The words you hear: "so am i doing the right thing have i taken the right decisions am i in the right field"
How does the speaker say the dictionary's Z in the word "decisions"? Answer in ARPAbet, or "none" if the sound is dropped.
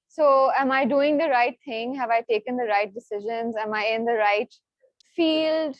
Z